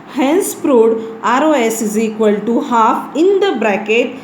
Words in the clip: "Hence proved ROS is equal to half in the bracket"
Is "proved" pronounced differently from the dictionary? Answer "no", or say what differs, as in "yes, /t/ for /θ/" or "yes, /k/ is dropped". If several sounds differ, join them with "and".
yes, /v/ is dropped